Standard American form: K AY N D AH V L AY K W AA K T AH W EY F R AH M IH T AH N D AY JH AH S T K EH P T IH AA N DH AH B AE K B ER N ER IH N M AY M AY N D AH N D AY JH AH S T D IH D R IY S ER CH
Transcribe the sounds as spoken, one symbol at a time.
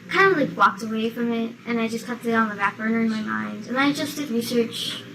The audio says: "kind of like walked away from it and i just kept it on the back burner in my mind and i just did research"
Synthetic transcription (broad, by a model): K AY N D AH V L AY K W AA K T AH W EY F R AH M IH T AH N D AY JH AH S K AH T IH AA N DH AH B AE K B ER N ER IH N M AY M AY N D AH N AY JH AH S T D IH D R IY S ER CH